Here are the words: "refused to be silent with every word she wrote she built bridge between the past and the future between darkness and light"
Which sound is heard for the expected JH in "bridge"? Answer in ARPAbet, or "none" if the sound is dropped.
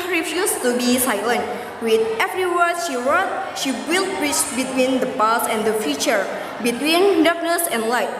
CH